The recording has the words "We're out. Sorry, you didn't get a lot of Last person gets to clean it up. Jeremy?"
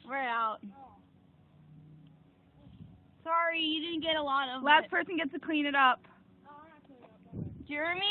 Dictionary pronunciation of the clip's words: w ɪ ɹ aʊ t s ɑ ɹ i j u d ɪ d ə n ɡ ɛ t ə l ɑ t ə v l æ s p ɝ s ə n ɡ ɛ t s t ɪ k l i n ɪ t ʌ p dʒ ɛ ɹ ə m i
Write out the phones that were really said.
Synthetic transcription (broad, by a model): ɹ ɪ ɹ aʊ t s ɑ ɹ i j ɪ d ɪ d n ɡ ɛ t ə l ɑ t ə v l æ s p ɝ s ə n ɡ ɛ t s t ɪ k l i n ɪ t ʌ p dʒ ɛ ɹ m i